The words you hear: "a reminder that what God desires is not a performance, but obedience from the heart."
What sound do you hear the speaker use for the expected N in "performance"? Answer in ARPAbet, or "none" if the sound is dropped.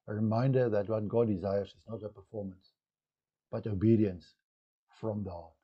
N